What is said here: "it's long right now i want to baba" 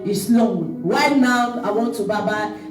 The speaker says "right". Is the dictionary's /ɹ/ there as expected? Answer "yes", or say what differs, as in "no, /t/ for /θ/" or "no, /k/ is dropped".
no, /w/ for /ɹ/